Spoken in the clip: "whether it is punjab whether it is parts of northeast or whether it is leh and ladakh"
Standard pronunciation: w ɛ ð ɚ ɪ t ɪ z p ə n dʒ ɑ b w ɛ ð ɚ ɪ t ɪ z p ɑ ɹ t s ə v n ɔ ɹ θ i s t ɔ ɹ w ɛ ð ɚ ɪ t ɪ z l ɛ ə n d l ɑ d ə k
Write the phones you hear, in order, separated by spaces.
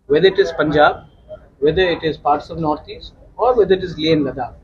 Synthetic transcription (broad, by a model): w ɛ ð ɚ ɪ t ɪ z p ə n dʒ ɑ b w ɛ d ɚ ɪ t ɪ z p ɑ ɹ t s ə v n ɔ ɹ t i s t ɔ ɹ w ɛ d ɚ ɪ t ɪ z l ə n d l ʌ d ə